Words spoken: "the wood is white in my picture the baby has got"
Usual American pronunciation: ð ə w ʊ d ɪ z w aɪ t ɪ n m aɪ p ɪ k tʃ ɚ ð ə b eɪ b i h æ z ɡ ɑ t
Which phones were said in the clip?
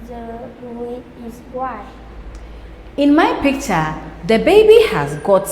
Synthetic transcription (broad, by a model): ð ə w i ɪ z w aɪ ɪ n m aɪ p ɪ k tʃ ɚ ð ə b eɪ b i h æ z ɡ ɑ t